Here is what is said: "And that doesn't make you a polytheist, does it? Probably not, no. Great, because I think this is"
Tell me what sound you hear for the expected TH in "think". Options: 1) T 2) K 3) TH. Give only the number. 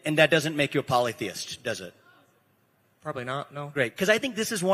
3